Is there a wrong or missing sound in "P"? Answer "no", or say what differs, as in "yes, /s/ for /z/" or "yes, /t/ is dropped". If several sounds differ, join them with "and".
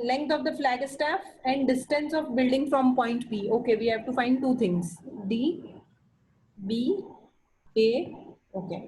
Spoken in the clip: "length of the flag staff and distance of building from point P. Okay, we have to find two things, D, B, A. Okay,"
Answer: yes, /b/ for /p/